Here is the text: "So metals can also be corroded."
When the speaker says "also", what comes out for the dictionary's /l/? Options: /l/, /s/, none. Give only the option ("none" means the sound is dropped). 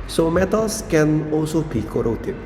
none